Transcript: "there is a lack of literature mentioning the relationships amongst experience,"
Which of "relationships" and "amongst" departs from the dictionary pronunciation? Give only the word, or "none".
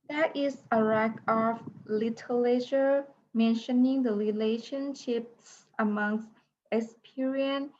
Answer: none